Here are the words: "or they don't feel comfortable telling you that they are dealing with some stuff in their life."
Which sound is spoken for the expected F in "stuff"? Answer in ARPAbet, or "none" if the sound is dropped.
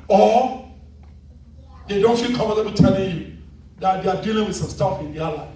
F